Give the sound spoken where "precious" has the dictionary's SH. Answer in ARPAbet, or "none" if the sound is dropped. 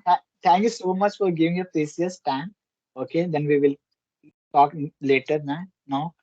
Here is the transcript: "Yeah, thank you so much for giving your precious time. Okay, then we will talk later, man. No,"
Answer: S